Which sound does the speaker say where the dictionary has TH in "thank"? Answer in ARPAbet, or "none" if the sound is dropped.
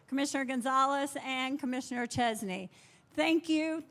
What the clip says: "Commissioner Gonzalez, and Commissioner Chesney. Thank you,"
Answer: TH